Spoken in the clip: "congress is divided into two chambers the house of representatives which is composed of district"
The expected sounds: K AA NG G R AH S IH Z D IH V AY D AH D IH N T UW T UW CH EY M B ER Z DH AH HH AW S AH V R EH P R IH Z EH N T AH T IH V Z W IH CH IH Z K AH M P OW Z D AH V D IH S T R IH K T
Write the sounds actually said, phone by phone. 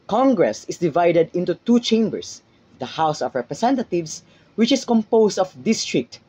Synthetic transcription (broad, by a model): K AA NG G R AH S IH S D IH V AY D AH D IH N T UW T UW CH EY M B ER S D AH HH AW S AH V R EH P R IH S EH N T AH T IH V S W IH CH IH S K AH M P OW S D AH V D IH S T R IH K T